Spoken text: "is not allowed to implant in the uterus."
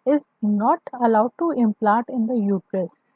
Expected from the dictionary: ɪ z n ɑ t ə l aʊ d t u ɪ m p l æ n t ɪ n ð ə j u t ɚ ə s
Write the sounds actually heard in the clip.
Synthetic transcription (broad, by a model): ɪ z n ɑ t ə l aʊ d t u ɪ m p l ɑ t ɪ n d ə j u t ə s